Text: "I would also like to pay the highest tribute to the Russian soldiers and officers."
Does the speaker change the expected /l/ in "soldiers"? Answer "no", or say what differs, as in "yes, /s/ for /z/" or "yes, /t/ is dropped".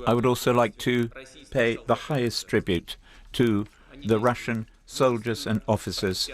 no